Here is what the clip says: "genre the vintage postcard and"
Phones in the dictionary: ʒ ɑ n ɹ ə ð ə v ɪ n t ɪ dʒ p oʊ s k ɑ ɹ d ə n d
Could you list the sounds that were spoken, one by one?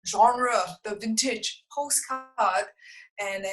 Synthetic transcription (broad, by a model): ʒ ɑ n ɹ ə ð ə v ɪ n t ɪ dʒ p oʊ s k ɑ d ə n